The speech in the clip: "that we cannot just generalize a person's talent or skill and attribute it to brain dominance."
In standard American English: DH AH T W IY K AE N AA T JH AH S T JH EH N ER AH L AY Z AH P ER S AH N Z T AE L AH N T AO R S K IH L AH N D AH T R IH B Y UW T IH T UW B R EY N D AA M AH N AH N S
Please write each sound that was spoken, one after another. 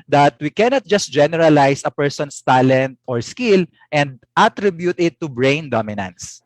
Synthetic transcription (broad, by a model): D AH T W IY K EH N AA T JH AH S T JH EH N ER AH L AY S AH P ER S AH N S T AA L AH N T AO R S K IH L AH N D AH T R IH B Y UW T IH T UW B R EY N D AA M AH N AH N S